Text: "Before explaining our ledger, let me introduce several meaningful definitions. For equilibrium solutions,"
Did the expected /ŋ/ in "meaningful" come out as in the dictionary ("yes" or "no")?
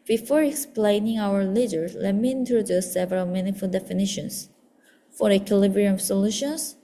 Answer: no